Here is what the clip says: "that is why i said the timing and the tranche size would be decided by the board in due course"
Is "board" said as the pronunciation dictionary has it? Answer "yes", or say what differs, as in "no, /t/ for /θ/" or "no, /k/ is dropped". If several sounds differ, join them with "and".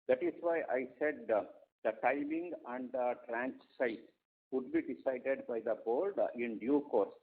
no, /l/ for /ɹ/